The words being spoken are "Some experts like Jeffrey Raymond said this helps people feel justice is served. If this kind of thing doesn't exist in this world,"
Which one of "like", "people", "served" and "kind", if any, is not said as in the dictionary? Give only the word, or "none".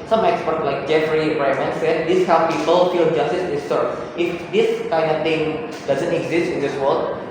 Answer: served